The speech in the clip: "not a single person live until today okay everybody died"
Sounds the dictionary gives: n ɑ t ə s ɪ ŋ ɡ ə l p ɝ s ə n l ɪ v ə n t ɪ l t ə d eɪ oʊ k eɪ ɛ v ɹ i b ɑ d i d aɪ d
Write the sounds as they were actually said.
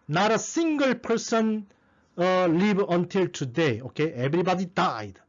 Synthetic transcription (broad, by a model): n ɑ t ə s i ŋ ɡ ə l p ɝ s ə n l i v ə n t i l t ə d eɪ oʊ k eɪ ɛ b ɹ i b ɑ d i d aɪ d